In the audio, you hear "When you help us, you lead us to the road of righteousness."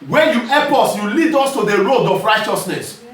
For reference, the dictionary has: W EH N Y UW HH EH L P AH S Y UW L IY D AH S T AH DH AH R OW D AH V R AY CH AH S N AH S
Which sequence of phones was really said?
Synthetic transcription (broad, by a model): W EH N Y UW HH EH P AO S Y UW L IY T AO S T AH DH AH R OW D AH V R AY CH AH S N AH S